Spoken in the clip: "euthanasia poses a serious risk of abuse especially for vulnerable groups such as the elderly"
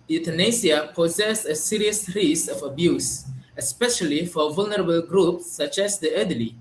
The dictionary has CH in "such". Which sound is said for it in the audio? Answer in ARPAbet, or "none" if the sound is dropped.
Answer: CH